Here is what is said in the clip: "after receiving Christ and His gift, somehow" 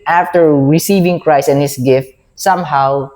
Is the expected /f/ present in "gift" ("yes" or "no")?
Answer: yes